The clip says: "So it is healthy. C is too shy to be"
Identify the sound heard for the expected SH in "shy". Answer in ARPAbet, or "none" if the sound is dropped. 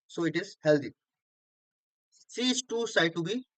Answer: S